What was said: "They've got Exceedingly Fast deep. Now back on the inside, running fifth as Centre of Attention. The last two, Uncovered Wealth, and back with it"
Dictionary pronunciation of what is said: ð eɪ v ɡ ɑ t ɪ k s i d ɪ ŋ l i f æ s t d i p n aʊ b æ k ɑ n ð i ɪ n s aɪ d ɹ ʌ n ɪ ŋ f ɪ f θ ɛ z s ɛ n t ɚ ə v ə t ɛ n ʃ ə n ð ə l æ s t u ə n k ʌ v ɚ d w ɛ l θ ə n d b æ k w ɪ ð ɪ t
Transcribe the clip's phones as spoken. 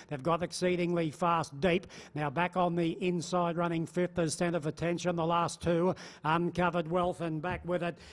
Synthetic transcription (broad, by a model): ð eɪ v ɡ ɑ t ɪ k s i d ɪ ŋ l i f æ s d i p n aʊ b æ k n ð i ɪ n s aɪ d ɹ ʌ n ɪ ŋ f ɪ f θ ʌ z s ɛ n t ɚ ə v ə t ɛ n ʃ ə n ð ə l æ s t u ə n k ʌ v ɚ d w ɛ l θ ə n b æ k w ɪ ð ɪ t